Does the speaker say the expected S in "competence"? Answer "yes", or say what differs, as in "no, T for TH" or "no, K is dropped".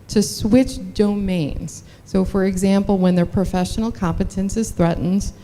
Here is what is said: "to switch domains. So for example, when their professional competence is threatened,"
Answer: yes